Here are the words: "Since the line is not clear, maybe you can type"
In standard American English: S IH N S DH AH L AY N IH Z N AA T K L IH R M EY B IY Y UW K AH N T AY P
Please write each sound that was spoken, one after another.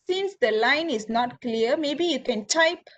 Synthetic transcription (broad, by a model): S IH N S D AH L AY N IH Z N AA T K L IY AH M EY B IY Y UW K AH N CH AY P